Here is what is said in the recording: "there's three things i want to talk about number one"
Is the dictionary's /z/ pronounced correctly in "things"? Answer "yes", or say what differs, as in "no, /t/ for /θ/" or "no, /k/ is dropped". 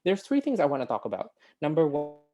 yes